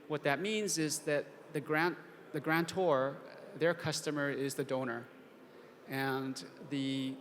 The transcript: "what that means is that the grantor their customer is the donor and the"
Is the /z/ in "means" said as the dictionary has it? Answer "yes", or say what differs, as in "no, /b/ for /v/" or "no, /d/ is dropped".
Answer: yes